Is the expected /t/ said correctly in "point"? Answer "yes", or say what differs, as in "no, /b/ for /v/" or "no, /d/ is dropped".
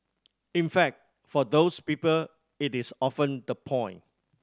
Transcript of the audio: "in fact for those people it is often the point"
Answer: no, /t/ is dropped